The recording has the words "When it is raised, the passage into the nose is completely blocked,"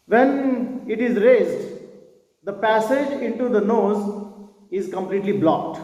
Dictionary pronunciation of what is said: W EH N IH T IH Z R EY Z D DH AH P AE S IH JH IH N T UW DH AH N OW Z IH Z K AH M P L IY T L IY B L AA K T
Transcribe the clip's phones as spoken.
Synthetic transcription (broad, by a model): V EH N IH T IH Z R EY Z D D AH P AE S IH JH IH N T UW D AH N OW Z IH Z K AH M P L IY T L IY B L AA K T